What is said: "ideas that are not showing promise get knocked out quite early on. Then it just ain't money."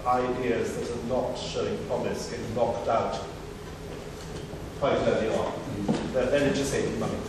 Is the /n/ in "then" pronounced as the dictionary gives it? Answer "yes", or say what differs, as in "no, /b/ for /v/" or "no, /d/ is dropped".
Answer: no, /n/ is dropped